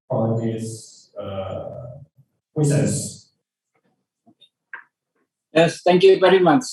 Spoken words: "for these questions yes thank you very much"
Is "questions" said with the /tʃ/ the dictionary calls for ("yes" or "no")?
no